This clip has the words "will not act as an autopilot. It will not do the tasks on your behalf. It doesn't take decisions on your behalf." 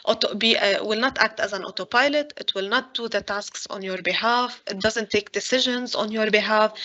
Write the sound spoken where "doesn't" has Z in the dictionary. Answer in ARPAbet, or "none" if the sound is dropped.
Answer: Z